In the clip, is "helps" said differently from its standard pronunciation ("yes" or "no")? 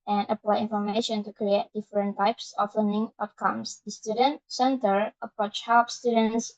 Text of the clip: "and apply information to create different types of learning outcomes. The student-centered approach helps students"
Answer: yes